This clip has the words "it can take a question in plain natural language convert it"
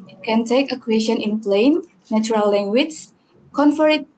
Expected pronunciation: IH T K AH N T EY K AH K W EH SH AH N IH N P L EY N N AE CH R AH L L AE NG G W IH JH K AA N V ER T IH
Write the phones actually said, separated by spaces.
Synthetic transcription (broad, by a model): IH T K AH N T EY K AH K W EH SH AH N IH N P L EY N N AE CH R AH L L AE NG G W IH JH K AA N F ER IH